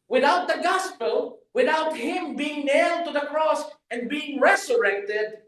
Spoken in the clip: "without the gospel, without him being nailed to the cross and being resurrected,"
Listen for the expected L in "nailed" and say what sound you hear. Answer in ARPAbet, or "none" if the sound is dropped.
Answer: L